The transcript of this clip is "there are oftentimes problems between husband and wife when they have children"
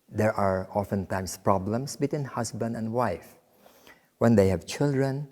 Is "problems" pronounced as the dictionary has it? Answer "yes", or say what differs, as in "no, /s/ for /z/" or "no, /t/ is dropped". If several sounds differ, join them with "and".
no, /s/ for /z/